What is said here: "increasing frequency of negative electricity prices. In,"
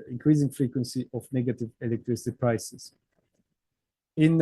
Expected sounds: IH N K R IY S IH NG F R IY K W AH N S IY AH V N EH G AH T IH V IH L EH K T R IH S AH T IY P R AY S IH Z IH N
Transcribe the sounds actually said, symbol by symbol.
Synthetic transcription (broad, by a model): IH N K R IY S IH NG F R IY K W AH N S IY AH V N EH G AH T IH V IH L EH K T R IH S AH T IY P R AY S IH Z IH N